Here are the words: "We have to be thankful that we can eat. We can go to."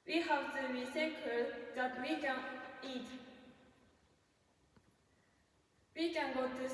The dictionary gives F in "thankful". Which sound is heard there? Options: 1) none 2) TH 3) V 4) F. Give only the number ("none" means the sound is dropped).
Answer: 1